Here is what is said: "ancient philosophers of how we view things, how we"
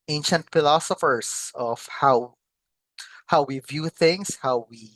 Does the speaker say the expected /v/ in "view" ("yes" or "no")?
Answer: yes